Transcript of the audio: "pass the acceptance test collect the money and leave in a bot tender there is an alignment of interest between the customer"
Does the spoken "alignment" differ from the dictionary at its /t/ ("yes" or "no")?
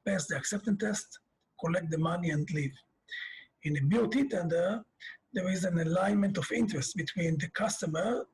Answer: no